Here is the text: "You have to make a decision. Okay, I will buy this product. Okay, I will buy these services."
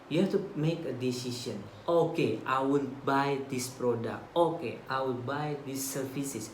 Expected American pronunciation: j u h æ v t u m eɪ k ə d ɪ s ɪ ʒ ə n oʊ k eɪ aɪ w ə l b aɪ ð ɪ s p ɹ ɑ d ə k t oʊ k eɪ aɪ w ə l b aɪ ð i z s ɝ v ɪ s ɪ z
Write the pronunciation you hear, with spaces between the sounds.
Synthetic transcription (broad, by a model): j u h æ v t u m eɪ k ə d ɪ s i s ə n oʊ k eɪ aɪ w ə l b aɪ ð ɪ s p ɹ ɑ d ə k t oʊ k eɪ aɪ w ə l b aɪ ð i s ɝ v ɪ s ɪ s